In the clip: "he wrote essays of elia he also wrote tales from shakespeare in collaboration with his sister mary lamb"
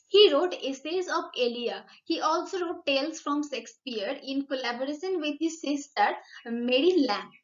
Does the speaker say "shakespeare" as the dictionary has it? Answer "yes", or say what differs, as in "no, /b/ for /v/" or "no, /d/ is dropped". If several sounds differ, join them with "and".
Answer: no, /s/ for /ʃ/